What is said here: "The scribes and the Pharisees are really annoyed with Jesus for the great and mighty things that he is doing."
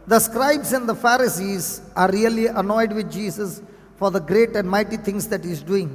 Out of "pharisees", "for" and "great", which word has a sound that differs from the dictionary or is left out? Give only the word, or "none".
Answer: none